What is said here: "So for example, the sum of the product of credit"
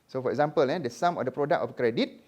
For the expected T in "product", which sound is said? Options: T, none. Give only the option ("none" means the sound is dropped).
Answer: none